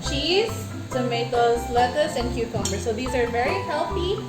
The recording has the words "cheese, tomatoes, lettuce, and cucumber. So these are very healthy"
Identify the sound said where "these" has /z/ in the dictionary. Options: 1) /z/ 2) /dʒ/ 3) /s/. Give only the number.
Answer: 1